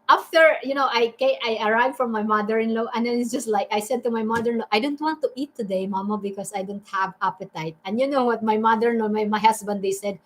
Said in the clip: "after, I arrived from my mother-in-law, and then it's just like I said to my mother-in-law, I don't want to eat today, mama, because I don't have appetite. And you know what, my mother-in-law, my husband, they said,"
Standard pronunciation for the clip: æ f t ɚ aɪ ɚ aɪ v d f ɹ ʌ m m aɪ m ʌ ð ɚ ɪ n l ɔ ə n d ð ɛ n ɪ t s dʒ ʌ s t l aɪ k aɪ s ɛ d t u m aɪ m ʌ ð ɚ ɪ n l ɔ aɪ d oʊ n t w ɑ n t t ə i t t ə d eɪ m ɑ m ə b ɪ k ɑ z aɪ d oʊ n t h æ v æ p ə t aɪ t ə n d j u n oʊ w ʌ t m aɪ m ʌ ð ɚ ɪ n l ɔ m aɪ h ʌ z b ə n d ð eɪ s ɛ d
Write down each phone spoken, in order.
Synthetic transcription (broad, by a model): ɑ f t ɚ aɪ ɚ aɪ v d f ɹ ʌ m m aɪ m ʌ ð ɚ ɪ n l ɔ ə n d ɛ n ɪ t s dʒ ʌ s t l aɪ k aɪ s ɛ d t u m aɪ m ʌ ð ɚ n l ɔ aɪ d oʊ n t w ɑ n t t i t t ə d eɪ m ɑ m ə b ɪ k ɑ s aɪ d oʊ n t h æ v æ p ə t aɪ t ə n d j u n oʊ w ʌ t m aɪ m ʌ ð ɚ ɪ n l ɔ m aɪ h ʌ s b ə n d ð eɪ s ɛ d